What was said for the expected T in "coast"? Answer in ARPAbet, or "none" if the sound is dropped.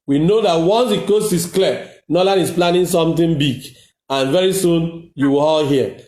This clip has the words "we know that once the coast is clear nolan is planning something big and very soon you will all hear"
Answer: none